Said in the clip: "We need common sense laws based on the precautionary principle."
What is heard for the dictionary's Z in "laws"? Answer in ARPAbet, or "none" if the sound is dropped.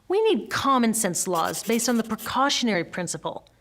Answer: Z